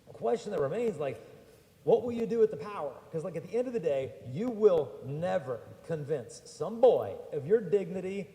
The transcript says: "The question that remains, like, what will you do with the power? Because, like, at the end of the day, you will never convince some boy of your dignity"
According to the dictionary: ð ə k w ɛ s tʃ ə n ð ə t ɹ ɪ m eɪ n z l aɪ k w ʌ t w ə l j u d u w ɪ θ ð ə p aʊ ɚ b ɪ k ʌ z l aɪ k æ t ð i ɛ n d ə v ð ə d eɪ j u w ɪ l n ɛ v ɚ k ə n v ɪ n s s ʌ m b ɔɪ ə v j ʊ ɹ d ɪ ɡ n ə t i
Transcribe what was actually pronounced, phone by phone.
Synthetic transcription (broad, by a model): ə k w ɛ s tʃ ə n ð ə t ɹ ɪ m eɪ n z l aɪ k w ʌ t w ə l j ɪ d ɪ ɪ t ð ə p aʊ ɚ k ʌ z l aɪ k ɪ t ð i ɛ n d ə v ð ə d eɪ j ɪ w ɪ l n ɛ v ɚ k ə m v ɪ n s s ʌ m b ɔɪ ə v j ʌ ɹ d ɪ ɡ n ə t i